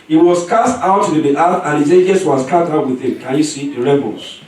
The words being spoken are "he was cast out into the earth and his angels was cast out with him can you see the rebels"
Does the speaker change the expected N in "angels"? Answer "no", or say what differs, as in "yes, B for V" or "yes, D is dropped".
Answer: yes, N is dropped